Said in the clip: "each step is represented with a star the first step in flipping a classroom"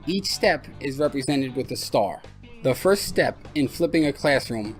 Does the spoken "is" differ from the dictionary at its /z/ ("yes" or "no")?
no